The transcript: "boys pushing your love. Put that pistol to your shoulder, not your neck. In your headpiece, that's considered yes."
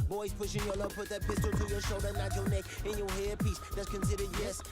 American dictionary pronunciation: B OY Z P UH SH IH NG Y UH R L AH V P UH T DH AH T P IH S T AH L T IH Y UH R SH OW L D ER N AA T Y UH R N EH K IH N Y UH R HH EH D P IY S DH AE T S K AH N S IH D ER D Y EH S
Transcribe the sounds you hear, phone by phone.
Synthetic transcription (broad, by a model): B OY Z P UH SH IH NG Y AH R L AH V P UH T DH AH T P IH S T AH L T IH Y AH R SH OW L D ER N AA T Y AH R N EH K IH N Y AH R HH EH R P IY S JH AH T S K AH N S IH D ER D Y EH S